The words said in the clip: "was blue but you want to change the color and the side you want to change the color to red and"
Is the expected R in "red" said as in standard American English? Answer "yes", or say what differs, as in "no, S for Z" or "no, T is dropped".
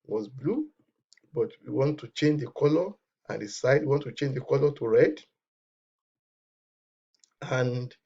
yes